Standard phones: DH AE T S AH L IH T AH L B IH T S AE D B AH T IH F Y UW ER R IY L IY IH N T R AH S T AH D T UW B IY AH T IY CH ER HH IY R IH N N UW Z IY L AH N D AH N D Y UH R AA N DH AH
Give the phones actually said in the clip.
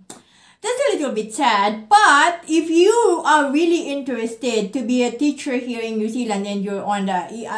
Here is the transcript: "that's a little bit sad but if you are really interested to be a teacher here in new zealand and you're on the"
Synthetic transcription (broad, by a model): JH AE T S AH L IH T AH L B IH T S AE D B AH T IH F Y UW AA R IY L IY IH N T R AH S T AH D T UW B IY AH T IY CH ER HH IY R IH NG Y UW S IY L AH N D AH N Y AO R AA N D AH